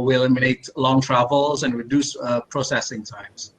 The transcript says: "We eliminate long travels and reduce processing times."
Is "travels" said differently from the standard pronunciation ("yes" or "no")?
no